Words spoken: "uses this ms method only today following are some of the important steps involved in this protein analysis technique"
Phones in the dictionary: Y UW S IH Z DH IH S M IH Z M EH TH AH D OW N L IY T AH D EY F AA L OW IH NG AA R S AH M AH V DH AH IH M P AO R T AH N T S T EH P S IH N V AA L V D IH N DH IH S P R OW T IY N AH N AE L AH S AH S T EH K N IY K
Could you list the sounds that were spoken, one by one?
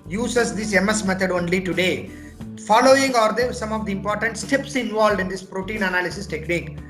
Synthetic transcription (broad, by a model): Y UW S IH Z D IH S M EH S M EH T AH D OW N L IY T AH D EY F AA L OW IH NG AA R S AH M AH V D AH IH M P AO R T AH N T S T EH P S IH N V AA L D IH N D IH S P R OW T IY N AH N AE L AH S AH S T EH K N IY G